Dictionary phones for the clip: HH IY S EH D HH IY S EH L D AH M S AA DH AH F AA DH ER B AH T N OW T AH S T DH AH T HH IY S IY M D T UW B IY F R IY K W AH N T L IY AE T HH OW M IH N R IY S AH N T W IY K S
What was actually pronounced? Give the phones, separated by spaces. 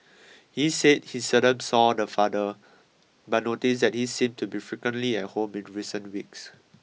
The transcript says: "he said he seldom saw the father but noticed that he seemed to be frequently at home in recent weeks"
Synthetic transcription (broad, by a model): HH IY S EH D HH IY S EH D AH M S AA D AH F AA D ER B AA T N OW T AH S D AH T HH IY S IY M T UW B IY F R IY K W AH N T L IY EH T HH OW M IH N R IY S AH N T W IY K S